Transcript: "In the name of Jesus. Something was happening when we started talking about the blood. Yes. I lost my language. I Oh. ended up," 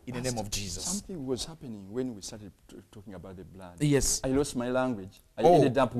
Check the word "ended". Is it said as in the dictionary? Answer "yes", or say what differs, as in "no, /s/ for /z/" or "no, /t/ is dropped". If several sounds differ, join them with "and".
no, /n/ is dropped